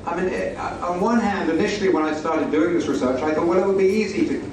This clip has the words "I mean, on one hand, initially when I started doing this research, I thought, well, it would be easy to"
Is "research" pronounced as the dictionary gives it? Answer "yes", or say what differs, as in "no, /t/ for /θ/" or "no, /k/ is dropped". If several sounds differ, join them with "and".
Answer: yes